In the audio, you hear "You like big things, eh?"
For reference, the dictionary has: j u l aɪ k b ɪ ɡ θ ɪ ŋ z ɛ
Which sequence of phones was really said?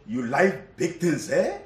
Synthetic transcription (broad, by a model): j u l aɪ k b ɪ ɡ t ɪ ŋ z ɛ